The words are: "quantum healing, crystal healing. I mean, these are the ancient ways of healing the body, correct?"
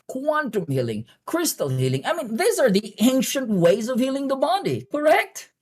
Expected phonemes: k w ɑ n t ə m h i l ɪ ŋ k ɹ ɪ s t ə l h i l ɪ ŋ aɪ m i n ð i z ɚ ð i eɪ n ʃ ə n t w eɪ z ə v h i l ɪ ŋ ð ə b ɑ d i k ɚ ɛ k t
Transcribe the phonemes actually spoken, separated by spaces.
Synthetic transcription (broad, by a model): k w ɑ n t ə m h i l ɪ ŋ k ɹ ɪ s t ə l h i l ɪ ŋ aɪ m i n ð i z ɚ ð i eɪ n ʃ ə n t w eɪ z ə v h i l ɪ ŋ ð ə b ɑ d i k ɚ ɛ k t